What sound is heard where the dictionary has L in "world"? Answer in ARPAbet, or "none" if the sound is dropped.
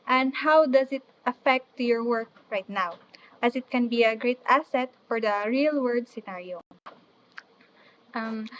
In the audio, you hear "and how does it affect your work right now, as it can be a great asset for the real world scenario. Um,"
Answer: none